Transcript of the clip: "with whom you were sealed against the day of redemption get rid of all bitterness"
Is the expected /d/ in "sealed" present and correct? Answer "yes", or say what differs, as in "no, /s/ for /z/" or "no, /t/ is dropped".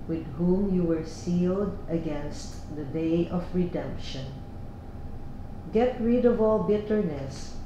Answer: yes